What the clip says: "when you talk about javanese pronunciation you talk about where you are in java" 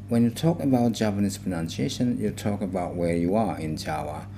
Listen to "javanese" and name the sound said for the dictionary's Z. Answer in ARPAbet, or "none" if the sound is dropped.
S